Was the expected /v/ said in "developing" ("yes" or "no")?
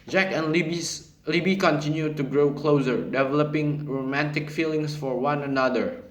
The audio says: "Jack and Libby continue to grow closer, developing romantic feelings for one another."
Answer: yes